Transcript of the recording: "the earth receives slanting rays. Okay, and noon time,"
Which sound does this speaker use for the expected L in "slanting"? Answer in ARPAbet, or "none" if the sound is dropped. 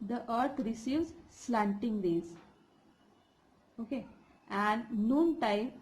L